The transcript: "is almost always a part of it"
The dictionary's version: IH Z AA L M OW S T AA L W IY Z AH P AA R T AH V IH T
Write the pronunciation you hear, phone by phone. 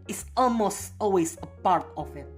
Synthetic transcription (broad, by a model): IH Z AA L M OW S T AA L W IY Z AH P AA R T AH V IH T